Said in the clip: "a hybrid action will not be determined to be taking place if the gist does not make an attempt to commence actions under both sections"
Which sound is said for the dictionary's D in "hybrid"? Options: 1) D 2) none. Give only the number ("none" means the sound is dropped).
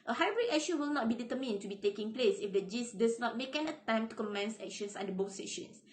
2